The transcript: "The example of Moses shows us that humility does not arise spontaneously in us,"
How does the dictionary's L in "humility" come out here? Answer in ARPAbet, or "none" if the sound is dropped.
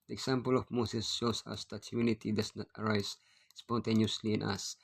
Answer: N